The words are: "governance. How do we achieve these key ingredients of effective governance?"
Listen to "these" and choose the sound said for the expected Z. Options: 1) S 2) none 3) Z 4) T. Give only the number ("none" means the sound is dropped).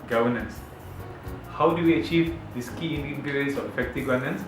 1